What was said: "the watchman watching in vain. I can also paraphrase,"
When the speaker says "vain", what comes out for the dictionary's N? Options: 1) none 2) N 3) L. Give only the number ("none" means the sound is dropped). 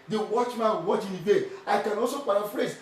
1